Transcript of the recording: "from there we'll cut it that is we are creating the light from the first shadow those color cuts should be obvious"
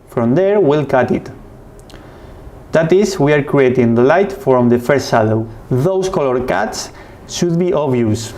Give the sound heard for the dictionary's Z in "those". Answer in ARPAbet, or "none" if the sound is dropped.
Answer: S